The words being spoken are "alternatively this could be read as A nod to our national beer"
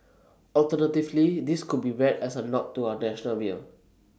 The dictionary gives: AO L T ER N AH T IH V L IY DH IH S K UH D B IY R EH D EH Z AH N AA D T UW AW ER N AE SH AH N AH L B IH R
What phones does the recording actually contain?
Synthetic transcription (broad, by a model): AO L T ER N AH T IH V L IY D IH S K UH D B IY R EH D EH S AH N AA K T UW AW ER N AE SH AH N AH L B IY L